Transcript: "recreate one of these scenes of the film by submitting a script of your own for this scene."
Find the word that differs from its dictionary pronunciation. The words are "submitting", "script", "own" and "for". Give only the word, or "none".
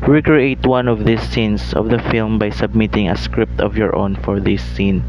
none